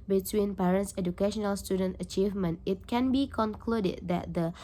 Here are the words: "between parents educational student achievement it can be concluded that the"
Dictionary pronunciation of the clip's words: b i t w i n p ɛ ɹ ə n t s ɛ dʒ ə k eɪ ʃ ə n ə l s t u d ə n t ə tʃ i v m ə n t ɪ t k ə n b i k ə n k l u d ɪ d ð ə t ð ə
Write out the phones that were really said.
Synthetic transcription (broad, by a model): b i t w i n p ɛ ɹ ə n t s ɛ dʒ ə k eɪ ʃ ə n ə l s t u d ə n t ə tʃ i v m ə n t ɪ t k ə n b i k ə n k l u d ɪ d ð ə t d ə